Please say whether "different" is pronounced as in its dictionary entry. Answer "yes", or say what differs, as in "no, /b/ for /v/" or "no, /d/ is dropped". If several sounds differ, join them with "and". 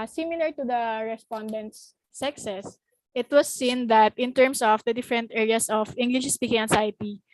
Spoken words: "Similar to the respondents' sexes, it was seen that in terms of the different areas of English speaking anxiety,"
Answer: yes